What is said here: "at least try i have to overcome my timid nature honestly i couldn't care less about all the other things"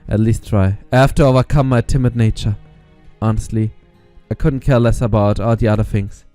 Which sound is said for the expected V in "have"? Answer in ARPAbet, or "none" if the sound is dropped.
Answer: F